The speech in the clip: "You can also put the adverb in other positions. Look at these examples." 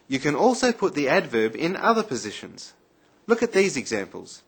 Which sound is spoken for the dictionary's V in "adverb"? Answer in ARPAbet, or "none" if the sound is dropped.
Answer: V